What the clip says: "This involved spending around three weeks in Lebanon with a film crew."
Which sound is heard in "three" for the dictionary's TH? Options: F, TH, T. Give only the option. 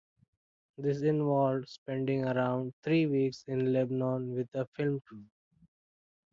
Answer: T